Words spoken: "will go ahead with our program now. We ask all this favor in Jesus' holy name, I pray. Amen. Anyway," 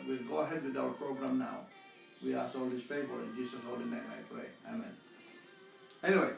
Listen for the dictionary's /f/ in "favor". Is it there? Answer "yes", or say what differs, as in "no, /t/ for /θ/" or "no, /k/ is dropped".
no, /p/ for /f/